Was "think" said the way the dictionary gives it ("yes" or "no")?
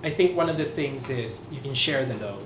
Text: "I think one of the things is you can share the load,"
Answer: yes